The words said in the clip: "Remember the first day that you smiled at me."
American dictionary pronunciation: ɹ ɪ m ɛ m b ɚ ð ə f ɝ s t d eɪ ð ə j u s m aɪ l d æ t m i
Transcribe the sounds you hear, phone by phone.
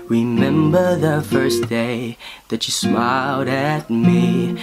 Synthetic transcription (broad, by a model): ɹ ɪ m ɛ m b ɚ ð ə f ɝ s d eɪ ð ə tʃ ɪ s m aɪ l d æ t m i